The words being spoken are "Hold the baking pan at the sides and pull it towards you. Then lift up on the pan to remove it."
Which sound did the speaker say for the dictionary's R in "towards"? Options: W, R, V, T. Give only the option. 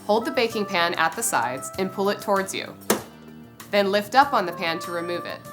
R